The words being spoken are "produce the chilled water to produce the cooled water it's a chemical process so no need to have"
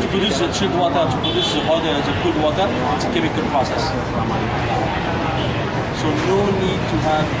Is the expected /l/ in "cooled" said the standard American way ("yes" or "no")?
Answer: no